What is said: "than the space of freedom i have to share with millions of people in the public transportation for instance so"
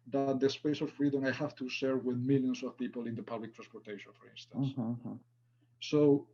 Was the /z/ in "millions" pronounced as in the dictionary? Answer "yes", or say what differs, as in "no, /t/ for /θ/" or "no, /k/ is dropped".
no, /s/ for /z/